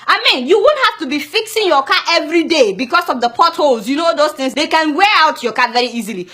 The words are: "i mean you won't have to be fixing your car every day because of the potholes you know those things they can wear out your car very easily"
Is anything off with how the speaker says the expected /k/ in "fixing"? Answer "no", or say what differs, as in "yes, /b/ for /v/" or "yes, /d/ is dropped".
no